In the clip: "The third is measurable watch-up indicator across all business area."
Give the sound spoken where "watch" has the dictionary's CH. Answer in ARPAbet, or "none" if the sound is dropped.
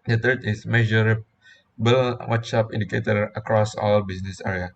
S